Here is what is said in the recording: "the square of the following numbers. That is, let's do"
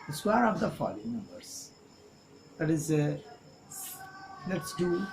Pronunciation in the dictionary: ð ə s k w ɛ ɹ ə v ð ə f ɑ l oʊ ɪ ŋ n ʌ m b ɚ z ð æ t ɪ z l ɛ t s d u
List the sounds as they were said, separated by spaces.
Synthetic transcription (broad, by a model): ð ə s w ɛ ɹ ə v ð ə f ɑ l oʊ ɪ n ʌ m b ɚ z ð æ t ɪ z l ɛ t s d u